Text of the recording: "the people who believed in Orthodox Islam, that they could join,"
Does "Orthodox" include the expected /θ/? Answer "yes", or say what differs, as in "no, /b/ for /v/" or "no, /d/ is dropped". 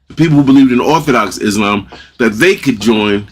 yes